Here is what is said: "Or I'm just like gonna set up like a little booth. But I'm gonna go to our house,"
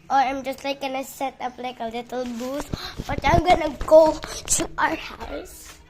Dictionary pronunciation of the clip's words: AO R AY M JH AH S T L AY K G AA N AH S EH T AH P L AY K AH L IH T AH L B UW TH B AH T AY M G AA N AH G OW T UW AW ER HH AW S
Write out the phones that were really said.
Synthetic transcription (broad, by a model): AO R AY M JH AH S T L AY K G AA N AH S EH T AH P L AY K AH L IH T AH L B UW S B AH T AY M G AA N AH G OW T UW AW ER HH AW S